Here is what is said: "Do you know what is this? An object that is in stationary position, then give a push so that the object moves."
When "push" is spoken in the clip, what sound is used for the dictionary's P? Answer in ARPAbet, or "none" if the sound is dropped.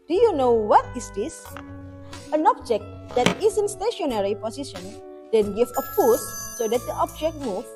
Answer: F